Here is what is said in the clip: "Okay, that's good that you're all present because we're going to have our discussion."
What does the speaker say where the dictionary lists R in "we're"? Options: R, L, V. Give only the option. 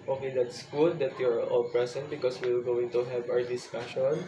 L